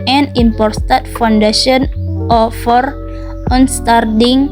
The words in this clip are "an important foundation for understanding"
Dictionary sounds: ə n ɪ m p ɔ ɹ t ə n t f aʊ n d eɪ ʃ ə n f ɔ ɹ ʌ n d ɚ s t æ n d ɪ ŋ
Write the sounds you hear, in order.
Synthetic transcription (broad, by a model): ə n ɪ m p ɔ ɹ t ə t f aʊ n d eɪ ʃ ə n f ɔ ɹ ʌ n s t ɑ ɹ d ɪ ŋ